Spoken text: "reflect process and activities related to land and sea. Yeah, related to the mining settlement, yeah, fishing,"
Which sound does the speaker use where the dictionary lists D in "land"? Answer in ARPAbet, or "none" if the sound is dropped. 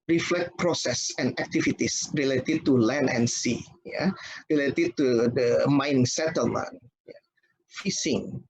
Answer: none